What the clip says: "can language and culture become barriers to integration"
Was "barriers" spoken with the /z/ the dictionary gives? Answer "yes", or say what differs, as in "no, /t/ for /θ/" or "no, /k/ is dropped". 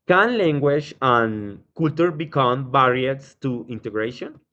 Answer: no, /s/ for /z/